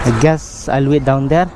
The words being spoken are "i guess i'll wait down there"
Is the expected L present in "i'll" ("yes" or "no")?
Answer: yes